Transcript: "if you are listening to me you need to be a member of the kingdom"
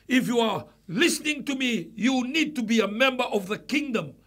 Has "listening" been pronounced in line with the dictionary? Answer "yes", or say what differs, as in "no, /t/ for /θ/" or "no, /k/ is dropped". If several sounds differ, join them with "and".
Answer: yes